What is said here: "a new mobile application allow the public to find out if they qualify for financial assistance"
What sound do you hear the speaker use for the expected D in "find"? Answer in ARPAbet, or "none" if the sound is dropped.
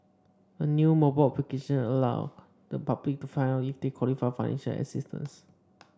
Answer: none